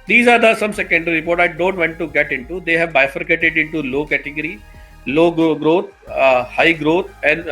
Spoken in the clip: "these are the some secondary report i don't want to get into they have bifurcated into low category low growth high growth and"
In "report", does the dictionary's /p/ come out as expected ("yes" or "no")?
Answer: yes